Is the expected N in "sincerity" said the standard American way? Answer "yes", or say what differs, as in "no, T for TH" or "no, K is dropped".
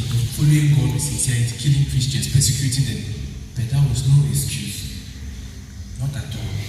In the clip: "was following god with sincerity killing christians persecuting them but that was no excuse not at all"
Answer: no, N is dropped